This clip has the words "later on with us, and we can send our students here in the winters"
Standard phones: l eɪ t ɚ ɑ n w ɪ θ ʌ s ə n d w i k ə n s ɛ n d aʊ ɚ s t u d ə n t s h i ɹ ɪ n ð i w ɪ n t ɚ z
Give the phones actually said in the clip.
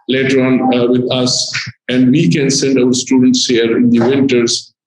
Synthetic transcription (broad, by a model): l eɪ t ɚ ɑ n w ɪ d ʌ s ə n d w i k ə n s ɛ n d aʊ ɚ s t u d ə n t s h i ɹ ɪ n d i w ɪ n t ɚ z